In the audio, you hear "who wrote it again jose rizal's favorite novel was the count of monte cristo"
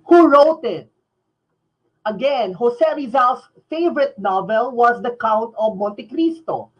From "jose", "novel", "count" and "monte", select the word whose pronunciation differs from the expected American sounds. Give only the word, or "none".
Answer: jose